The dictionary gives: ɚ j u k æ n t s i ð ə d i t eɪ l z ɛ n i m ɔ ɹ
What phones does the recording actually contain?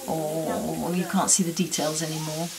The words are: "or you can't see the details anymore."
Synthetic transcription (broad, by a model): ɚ j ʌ k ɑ n t s i ð ə d i t eɪ l z ɛ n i m ɔ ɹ